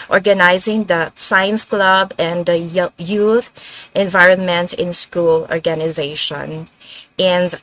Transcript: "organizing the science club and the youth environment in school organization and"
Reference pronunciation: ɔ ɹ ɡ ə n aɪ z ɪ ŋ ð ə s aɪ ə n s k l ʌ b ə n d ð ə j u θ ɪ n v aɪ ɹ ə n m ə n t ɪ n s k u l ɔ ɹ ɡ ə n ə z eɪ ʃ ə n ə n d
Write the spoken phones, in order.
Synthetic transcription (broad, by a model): ɔ ɹ ɡ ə n aɪ z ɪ ŋ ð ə s aɪ ə n s k l ʌ b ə n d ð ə j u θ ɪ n v aɪ ɹ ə n m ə n t ɪ n s k u l ɔ ɹ ɡ ə n ə z eɪ ʃ ə n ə n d